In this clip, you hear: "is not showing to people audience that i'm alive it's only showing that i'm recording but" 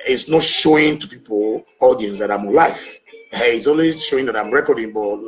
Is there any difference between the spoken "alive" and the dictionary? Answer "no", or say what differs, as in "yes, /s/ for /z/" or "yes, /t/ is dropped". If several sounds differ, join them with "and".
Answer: yes, /f/ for /v/